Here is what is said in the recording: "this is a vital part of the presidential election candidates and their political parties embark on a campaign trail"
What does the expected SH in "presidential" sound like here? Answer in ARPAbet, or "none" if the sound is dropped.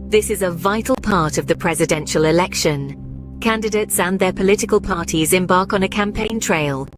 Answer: SH